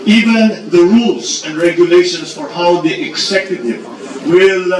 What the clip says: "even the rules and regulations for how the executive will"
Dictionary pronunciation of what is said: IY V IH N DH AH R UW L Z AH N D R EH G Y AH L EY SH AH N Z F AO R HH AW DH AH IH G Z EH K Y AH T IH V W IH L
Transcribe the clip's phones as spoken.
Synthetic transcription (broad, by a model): IY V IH N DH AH R UW L S AH N D R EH G Y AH L EY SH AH N S F AO R HH AW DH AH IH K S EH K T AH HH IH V W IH L